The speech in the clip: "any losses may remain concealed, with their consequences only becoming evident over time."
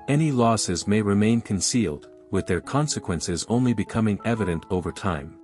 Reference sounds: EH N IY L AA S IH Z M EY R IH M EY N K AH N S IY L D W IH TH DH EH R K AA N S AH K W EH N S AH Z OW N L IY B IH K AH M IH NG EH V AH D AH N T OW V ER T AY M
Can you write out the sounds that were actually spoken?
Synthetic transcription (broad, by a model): EH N IY L AA S IH Z M EY R IH M EY N K AH N S IY L D W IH DH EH R K AA N S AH K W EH N S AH Z OW N L IY B IH K AH M IH NG EH V AH D AH N T OW V ER T AY M